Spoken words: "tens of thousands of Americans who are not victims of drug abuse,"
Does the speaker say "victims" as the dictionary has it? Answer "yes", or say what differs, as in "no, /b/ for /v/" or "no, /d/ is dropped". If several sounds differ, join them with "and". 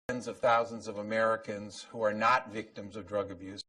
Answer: yes